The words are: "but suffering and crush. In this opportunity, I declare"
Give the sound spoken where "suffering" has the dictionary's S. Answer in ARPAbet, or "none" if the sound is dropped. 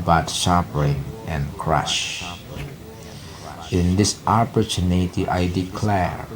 SH